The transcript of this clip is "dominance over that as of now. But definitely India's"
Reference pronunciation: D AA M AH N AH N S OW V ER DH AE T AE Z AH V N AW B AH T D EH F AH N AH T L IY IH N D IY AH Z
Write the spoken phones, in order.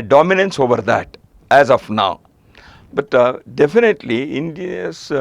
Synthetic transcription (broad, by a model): D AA M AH N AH N S OW V ER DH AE T AE Z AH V N AW B AH T D EH F AH N AH T L IY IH N D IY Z